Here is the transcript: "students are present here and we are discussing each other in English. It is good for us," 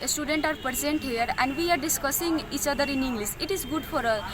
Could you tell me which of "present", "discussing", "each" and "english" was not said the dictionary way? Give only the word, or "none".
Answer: english